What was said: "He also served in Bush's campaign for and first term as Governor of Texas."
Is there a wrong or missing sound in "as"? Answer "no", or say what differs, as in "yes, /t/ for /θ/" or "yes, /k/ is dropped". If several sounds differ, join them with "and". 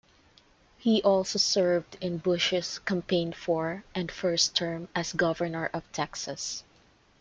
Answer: yes, /s/ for /z/